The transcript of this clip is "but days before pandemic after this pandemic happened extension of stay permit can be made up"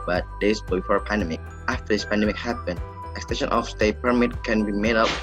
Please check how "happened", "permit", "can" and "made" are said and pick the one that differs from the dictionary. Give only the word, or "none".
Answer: none